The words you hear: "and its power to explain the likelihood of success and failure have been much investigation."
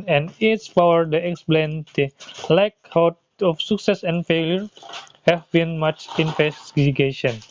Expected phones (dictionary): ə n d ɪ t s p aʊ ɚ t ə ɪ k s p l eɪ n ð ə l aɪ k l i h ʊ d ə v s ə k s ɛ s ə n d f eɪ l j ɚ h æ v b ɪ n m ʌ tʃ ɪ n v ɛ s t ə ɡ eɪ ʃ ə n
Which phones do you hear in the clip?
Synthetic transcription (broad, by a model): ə n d ɪ t s p aʊ ɚ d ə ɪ k s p l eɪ n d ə l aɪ k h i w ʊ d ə f s ə k s ɛ s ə n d f eɪ l j ɚ h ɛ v b ɪ n m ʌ tʃ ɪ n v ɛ s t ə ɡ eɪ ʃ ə n